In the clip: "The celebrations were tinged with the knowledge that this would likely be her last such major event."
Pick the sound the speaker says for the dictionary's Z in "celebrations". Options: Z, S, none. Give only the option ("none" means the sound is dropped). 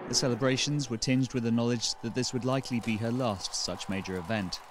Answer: Z